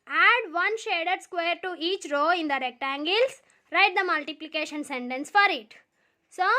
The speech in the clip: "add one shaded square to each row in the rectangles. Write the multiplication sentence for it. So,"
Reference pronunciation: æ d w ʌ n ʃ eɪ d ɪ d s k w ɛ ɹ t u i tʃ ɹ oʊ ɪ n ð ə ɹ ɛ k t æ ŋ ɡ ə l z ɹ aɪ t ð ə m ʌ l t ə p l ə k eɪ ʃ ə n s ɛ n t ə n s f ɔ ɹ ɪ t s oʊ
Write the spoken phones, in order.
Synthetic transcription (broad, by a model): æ d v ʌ n ʃ eɪ d ɪ d s k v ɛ ɹ t u i tʃ ɹ oʊ ɪ n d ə ɹ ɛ k t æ ŋ ɡ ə l s ɹ aɪ t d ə m ʌ l t ə p l ə k eɪ ʃ ə n s ɛ n t ə n s f ɔ ɹ ɪ t s oʊ